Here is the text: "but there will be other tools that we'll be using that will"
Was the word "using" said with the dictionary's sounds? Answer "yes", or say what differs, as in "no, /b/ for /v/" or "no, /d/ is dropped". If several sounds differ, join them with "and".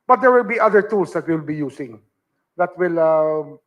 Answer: no, /s/ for /z/